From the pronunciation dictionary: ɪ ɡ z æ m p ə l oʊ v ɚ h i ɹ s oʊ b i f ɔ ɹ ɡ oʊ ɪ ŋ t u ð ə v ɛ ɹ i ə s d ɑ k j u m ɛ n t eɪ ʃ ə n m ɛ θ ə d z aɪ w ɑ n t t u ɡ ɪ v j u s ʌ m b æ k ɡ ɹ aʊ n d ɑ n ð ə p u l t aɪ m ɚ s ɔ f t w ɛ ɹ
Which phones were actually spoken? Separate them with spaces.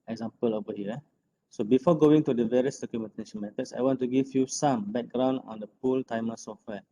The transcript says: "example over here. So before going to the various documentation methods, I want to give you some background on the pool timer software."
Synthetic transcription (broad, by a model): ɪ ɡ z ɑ m p ə l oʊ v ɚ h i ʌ s oʊ b i f ɔ ɡ oʊ ɪ ŋ t u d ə v ɛ ɹ i ə s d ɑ k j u m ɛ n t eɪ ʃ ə n m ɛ t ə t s aɪ w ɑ n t t u ɡ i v j u s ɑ m b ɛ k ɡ ɹ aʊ n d ɑ n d ə p u l t aɪ m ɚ s ɔ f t w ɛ